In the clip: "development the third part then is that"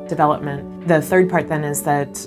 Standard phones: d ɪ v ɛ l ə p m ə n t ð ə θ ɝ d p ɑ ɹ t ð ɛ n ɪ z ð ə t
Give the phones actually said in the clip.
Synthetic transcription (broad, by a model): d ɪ v ɛ l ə p m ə n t ð ə θ ɝ d p ɑ ɹ t ð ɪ n ɪ z ð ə t